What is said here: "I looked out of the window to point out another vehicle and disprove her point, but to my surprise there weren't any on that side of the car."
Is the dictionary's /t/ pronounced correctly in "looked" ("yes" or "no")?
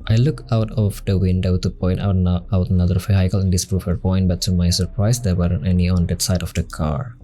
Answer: no